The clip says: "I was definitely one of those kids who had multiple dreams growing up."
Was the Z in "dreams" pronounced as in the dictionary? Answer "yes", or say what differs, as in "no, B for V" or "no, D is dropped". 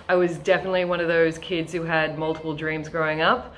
yes